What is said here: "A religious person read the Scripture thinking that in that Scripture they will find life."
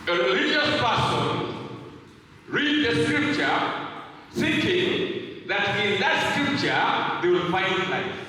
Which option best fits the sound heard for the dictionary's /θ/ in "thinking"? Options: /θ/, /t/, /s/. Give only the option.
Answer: /s/